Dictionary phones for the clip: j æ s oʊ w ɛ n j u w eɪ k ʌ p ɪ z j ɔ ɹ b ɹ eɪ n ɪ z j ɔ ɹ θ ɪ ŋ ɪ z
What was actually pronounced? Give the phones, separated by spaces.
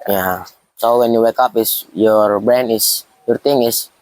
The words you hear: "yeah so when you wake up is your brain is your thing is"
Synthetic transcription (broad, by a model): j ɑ s oʊ w ɛ n j u w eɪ k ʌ p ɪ s j ɔ ɹ b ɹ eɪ n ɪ s j ɔ ɹ t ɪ ŋ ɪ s